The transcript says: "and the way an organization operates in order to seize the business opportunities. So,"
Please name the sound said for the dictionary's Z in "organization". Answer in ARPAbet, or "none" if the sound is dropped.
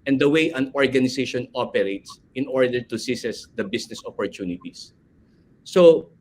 S